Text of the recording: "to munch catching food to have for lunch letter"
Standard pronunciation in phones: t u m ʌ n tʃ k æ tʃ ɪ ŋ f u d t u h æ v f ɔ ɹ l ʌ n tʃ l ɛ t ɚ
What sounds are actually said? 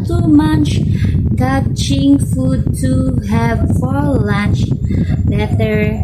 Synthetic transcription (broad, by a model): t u m ʌ n tʃ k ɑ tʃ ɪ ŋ f u d t u h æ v f ɔ ɹ l ʌ n tʃ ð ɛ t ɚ